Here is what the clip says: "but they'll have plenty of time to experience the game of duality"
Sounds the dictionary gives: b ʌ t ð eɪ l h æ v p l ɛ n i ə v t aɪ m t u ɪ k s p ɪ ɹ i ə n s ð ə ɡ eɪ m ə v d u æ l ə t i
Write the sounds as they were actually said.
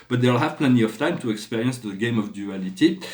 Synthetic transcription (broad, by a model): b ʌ t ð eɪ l h æ v p l ɛ n i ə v t aɪ m t u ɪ k s p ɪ ɹ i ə n s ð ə ɡ eɪ m ə v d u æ l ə t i